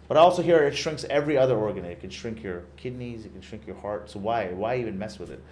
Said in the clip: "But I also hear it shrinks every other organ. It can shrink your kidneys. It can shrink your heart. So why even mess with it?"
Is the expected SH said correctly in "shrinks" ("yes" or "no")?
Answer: yes